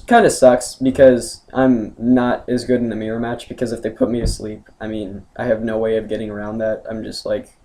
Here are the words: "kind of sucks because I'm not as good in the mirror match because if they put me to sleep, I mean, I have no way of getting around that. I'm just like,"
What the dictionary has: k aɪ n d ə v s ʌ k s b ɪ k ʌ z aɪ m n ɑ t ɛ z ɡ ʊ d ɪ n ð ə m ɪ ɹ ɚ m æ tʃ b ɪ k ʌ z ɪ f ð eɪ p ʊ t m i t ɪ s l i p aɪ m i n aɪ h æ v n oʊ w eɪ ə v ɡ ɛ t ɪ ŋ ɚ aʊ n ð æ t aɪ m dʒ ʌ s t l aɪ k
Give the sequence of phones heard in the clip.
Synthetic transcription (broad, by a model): k aɪ n d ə s ʌ k s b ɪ k ʌ z aɪ m n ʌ t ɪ z ɡ ʊ d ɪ n ð ə m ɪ ɹ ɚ m æ tʃ b ɪ k ʌ z ɪ f ð eɪ p ʊ t m i t ɪ s l i p aɪ m i n aɪ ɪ v n oʊ w eɪ ə v ɡ ɛ t ɪ ŋ ɚ aʊ n ð æ t aɪ m dʒ ʌ s t l aɪ k